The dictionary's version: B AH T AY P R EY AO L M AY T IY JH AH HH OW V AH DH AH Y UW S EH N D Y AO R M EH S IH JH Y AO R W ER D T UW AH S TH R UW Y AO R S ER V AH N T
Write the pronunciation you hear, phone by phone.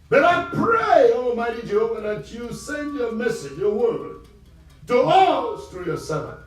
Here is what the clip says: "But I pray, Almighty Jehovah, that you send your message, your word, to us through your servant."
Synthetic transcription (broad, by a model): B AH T AY P R EY AO L M AY T IY JH AH HH OW V AH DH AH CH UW S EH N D Y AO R M EH S IH JH Y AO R W ER D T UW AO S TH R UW Y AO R S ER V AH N